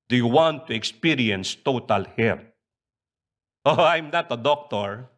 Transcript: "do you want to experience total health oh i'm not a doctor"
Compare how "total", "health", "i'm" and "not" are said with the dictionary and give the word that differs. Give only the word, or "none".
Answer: health